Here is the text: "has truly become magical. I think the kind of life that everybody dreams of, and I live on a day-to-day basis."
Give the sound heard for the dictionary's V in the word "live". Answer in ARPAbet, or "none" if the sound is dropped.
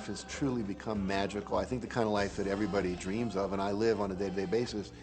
V